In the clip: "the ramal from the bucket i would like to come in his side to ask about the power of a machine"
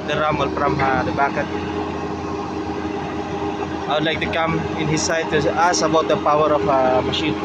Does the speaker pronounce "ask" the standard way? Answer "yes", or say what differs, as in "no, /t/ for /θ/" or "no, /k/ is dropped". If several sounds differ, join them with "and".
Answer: no, /k/ is dropped